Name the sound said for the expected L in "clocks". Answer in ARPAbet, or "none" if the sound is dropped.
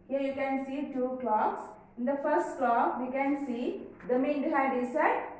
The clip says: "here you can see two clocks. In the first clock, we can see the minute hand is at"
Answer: L